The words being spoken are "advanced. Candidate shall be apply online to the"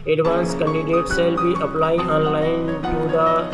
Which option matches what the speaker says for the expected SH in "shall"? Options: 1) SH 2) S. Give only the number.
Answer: 2